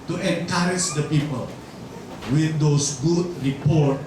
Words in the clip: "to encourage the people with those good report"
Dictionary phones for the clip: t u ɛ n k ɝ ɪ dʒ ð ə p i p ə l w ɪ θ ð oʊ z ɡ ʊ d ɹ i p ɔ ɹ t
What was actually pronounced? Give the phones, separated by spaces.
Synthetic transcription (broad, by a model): t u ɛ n k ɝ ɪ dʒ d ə p i p ə l w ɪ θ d oʊ s ɡ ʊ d ɹ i p ɔ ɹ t